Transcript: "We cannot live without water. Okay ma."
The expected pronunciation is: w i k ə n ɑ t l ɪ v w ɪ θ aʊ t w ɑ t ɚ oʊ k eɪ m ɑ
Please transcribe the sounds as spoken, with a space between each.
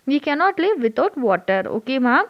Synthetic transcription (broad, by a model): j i k ə n ɑ t l ɪ v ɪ t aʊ t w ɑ t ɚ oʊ k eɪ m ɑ